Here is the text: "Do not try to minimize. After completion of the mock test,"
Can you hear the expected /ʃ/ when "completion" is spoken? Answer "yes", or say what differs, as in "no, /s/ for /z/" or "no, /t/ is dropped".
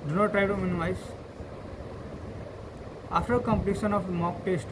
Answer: no, /s/ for /ʃ/